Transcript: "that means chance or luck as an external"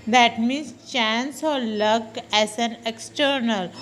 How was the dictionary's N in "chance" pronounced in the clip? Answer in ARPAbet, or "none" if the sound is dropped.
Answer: N